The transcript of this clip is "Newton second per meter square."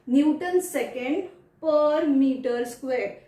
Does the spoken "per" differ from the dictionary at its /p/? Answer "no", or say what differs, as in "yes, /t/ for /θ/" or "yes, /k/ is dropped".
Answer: no